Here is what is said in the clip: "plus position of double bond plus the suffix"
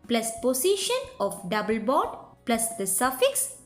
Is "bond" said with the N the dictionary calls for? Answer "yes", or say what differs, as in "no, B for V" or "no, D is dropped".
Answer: no, N is dropped